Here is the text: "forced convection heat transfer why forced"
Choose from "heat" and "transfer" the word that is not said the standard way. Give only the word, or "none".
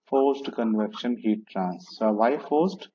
transfer